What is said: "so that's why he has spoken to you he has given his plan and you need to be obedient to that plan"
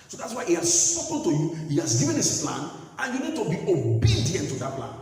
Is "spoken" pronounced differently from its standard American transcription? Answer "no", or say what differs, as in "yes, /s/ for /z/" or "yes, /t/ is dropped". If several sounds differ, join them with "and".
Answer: yes, /p/ is dropped